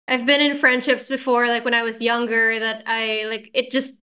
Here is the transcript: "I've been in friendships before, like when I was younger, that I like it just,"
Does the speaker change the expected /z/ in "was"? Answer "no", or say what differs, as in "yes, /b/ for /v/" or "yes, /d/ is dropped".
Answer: no